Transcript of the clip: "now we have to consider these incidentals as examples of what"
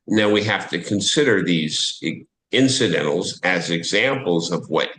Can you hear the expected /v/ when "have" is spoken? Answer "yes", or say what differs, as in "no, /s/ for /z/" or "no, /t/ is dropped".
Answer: no, /f/ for /v/